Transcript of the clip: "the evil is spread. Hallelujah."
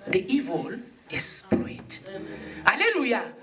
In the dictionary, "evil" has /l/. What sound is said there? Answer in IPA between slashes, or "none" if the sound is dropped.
/l/